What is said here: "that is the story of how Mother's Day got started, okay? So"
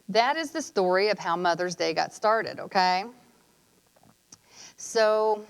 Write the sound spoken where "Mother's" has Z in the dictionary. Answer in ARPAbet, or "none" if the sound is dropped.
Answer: Z